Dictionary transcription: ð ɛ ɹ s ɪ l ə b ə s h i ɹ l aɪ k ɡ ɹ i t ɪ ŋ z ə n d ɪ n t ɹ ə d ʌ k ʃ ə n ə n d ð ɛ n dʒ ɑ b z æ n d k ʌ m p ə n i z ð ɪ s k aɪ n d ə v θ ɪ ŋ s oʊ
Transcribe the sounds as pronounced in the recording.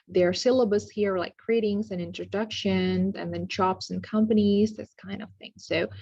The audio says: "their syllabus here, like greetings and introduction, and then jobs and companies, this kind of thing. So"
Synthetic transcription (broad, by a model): ð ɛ ɹ s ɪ l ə b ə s h i ɹ l aɪ k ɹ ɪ t ɪ ŋ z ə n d ɪ n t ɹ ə d ʌ k ʃ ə n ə n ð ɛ n tʃ ɑ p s n k ʌ m p ə n i z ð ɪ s k aɪ n d ə v θ ɪ ŋ s oʊ